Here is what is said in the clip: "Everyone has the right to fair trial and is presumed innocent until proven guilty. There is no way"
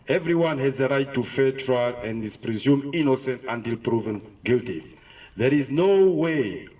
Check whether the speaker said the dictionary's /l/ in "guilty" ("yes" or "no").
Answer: yes